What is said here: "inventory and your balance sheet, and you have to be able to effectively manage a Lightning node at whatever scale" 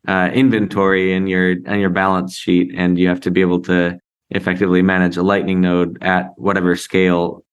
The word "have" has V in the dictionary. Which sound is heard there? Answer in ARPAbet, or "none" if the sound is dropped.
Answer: F